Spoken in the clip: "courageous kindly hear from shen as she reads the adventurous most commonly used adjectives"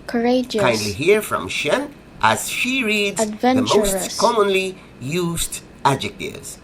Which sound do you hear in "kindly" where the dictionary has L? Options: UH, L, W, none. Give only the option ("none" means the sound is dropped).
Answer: L